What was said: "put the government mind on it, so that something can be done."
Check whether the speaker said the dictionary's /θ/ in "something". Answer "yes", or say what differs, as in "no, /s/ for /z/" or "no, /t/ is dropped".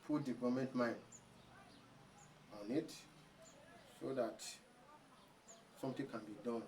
no, /t/ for /θ/